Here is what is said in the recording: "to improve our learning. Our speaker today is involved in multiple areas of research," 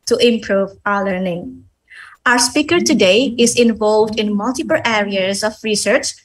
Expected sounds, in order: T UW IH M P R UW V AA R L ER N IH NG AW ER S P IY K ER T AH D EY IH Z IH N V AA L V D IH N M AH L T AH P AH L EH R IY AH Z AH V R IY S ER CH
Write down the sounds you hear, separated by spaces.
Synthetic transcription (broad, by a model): T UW IH M P R UW V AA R L ER N IH NG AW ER S P IY K ER T AH D EY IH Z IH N V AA L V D IH N M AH L T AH P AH L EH R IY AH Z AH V R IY S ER CH